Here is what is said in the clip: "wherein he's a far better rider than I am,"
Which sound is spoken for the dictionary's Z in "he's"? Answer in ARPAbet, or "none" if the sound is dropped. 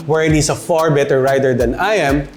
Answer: S